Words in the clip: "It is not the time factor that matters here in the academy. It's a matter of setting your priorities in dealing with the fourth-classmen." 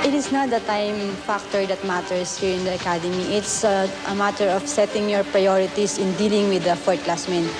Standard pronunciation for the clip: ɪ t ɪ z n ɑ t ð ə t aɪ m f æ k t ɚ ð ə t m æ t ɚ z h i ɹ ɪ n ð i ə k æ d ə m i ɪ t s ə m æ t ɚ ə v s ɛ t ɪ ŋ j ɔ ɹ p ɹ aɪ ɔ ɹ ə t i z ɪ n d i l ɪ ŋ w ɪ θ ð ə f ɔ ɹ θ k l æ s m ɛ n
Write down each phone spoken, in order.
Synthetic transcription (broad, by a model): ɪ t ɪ s n ɑ t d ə t aɪ m f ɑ k t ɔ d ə t m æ t ɚ s h i ɹ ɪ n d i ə k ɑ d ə m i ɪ t s ə m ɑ t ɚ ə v s ɛ t ɪ ŋ j ɔ ɹ p ɹ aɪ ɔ ɹ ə t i s ɪ n d i l ɪ ŋ w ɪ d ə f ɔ ɹ t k l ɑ s m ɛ n